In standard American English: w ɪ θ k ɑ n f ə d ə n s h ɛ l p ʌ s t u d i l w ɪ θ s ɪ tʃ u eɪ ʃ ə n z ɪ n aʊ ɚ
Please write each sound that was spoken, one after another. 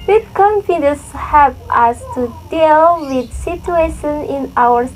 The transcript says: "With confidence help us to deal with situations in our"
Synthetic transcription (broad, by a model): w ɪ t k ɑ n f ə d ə s h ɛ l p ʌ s t u d i l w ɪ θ s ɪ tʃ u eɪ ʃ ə n ɪ n aʊ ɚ